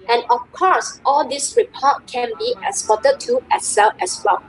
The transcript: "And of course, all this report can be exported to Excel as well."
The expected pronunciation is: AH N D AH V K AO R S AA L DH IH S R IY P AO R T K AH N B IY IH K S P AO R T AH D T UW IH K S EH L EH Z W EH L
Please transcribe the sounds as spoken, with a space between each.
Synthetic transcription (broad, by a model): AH N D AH F K AO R S AA L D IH S R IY P AO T K AH N B IY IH S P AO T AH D T UW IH S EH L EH S W EH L